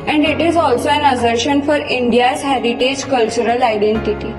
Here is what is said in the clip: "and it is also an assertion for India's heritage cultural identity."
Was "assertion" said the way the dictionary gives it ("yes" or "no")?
yes